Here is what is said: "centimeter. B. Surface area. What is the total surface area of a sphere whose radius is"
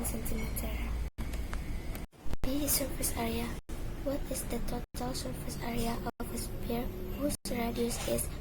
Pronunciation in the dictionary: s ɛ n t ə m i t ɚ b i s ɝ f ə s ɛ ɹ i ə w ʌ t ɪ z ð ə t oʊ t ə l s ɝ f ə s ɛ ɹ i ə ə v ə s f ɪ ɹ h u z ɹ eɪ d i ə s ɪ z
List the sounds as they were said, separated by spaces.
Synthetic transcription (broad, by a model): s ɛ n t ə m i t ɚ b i s ɝ f ə s ɛ ɹ i ə w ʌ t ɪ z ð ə t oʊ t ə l s ɝ f ə s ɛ ɹ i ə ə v ə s p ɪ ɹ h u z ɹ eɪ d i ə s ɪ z